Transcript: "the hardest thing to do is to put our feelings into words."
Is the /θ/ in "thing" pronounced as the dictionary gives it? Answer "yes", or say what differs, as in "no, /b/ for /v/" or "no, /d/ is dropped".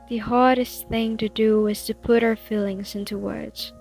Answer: yes